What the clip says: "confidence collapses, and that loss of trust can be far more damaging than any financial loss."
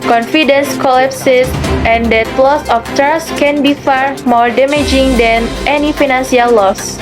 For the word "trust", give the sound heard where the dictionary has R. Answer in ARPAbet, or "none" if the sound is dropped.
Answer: none